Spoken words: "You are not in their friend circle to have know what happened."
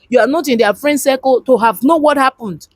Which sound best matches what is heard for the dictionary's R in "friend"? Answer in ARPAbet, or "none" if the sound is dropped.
R